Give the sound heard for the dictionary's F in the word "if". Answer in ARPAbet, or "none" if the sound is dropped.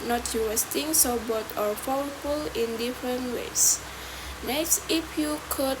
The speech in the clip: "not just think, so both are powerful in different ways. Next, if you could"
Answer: P